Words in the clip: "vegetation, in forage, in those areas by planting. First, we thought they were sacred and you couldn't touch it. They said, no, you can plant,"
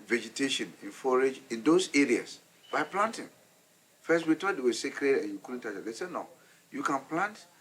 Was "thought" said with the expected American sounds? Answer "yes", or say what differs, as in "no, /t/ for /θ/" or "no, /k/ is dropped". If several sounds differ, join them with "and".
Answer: no, /t/ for /θ/